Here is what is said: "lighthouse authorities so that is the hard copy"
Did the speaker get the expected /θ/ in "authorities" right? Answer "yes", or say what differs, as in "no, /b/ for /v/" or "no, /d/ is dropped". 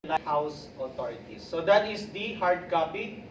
no, /t/ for /θ/